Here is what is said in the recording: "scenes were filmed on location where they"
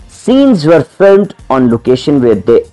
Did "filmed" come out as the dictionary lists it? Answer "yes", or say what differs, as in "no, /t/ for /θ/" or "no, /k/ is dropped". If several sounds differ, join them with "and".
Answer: yes